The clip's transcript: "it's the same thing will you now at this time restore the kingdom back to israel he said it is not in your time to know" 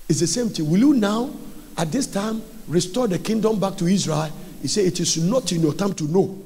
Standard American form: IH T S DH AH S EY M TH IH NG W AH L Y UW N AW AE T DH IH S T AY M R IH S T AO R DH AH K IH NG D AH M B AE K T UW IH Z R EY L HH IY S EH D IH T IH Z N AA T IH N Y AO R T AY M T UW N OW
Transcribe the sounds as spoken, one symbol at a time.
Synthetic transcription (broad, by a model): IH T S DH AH S EY M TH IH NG W AH L Y UW N AW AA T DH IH S T AY M R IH S T AO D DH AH K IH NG D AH M B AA K T UW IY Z R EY L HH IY S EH IH T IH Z N AA T IH N Y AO T AY M T UW N OW